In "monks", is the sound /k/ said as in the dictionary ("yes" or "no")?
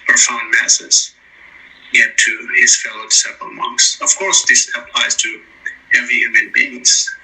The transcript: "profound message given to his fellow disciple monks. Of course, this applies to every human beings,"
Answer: yes